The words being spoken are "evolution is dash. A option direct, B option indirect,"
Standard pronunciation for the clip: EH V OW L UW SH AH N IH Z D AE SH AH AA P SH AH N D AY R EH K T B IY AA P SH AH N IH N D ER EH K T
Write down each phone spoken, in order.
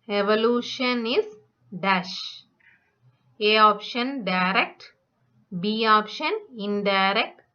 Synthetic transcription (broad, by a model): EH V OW L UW SH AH N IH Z D AE SH AH AA P SH AH N D AY R EH K T B IY AA P SH AH N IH N D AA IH K T